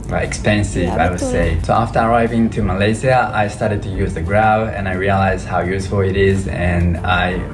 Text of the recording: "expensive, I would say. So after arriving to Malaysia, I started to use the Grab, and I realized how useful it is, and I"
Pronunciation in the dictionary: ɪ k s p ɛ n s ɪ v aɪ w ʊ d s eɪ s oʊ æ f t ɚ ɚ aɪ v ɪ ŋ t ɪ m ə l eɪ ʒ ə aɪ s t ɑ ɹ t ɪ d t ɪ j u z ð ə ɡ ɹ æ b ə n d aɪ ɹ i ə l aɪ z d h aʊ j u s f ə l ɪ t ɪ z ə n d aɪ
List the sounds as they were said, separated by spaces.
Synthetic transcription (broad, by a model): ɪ k s p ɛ n s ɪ v aɪ w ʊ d s eɪ s oʊ æ f t ɚ ɚ aɪ v ɪ ŋ t ɪ m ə l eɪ z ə aɪ s t ɑ ɹ t ɪ d t ɪ j u z ð ə ɡ ɹ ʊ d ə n aɪ ɹ i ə l aɪ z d h aʊ j u s f ə l ɪ t ɪ z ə n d aɪ